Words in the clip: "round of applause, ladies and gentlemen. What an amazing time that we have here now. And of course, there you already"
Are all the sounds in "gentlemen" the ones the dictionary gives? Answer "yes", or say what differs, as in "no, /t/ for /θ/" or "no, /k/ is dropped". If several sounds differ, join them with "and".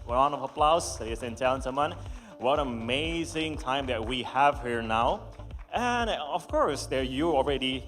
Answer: no, /l/ is dropped